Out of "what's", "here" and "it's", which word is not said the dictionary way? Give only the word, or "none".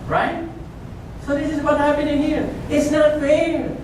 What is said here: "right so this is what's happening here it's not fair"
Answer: what's